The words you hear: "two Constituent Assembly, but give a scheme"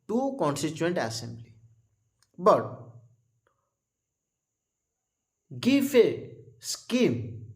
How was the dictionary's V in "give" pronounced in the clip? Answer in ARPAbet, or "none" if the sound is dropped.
F